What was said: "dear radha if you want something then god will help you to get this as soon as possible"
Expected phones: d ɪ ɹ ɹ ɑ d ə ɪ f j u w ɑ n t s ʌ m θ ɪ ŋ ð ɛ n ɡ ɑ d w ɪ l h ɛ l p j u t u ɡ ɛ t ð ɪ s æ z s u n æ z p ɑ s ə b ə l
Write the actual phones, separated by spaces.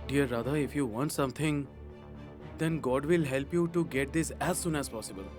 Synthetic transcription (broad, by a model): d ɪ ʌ ɹ ɑ d ə ɪ f j u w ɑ n t s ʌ m t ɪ ŋ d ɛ n ɡ ɑ d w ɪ l h ɛ l p j u t u ɡ ɛ t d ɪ s æ z s u n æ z p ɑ s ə b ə l